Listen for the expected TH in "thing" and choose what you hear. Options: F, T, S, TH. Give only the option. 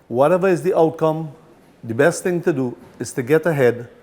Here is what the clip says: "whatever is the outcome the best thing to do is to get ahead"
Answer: T